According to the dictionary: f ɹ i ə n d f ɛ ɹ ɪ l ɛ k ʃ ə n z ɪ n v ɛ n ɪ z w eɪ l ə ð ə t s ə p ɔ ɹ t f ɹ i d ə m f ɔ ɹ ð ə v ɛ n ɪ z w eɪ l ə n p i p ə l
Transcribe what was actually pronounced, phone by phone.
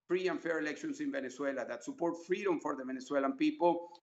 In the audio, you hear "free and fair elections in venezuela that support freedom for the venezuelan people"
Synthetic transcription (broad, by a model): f ɹ i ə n f ɛ ɹ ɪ l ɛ k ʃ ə n s ɪ n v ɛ n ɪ s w eɪ l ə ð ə t s ə p ɔ ɹ t f ɹ i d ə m f ɔ ɹ ð ə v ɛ n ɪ s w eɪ l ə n p i p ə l